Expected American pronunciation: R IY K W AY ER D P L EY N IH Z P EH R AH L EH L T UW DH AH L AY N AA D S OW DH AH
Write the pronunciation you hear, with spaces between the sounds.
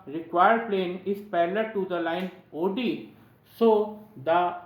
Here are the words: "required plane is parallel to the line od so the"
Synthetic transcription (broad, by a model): R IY K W AY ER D P L EY N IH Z P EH L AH T UW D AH L AY N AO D S OW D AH